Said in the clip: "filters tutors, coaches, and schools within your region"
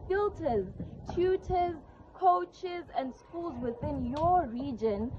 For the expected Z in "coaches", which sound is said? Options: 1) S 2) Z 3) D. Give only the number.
2